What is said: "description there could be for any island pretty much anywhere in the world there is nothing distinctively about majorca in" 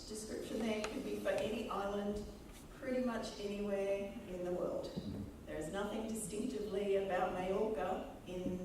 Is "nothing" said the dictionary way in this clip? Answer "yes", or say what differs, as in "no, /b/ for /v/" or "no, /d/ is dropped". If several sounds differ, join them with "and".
yes